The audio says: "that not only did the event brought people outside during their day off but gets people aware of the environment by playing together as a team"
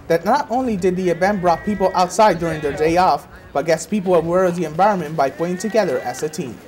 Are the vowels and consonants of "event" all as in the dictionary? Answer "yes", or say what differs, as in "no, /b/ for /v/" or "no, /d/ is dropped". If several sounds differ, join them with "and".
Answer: no, /b/ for /v/